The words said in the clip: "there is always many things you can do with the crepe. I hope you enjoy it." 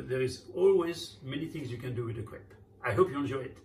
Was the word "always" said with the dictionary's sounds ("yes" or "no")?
yes